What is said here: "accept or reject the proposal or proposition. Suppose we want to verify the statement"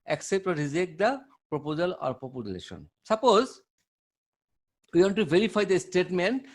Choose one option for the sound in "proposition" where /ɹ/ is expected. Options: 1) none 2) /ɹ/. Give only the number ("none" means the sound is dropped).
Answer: 1